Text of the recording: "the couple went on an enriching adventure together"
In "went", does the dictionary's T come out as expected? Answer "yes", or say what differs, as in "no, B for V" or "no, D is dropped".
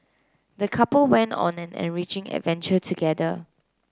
yes